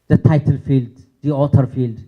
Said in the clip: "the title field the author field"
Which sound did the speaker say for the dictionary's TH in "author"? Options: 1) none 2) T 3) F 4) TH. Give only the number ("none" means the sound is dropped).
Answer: 2